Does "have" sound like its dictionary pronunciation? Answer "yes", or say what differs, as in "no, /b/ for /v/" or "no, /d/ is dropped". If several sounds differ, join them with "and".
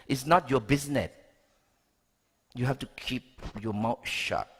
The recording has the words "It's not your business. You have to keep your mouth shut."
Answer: no, /f/ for /v/